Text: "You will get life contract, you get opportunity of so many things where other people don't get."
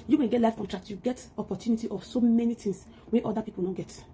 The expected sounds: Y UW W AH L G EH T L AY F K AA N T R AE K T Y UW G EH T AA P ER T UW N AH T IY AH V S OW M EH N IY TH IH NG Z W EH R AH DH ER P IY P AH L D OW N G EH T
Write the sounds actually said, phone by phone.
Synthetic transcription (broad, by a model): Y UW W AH N G EH T L AY F K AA N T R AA K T Y UW G EH T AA P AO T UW N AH T IY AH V S OW M EH N IY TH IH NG S W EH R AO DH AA P IY P AH L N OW G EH T